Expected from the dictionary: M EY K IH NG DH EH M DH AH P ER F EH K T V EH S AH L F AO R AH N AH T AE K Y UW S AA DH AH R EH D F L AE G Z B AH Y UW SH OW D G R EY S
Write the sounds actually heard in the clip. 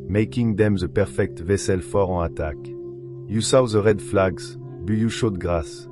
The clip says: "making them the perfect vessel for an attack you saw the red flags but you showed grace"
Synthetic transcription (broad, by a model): M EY K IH NG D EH M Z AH P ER F EH K T V EH S AH L F AO R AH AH T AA K Y UW S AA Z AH R EH D F L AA G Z B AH Y UW SH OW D G R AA S